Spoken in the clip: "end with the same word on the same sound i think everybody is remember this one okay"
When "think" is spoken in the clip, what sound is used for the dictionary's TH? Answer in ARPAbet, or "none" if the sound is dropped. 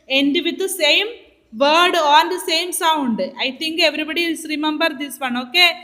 T